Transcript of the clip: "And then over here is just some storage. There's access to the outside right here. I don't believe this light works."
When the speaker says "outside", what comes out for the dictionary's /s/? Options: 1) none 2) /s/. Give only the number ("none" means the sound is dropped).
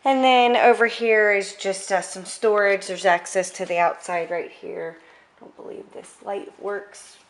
2